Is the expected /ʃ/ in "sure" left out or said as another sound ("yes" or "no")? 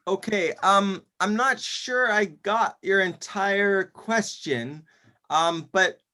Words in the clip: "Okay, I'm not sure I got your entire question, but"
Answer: no